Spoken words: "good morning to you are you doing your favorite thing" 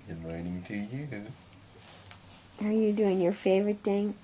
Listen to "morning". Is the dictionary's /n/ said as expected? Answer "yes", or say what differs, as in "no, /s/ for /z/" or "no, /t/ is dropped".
no, /n/ is dropped